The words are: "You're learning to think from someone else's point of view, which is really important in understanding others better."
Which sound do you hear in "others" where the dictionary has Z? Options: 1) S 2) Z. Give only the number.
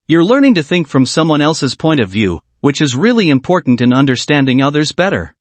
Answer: 2